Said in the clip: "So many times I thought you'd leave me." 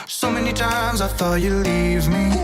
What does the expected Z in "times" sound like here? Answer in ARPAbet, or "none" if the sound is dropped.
Z